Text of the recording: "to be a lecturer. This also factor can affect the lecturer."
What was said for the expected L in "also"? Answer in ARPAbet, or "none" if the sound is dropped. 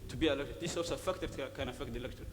none